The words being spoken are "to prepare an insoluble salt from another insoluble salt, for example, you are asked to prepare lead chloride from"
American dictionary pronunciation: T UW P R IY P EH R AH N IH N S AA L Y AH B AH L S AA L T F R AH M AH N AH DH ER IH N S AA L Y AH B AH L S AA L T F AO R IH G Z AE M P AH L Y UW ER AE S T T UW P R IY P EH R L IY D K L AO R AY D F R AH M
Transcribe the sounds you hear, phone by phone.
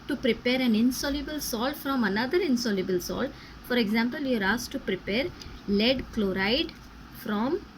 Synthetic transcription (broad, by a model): T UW P R IY P EH R AH N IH N S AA L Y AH B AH L S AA L F R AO M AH N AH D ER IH N S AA L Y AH B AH L S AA L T F AO R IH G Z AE M P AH L Y UW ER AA S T T UW P R IY P EH R L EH D K L AO R AY D F R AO M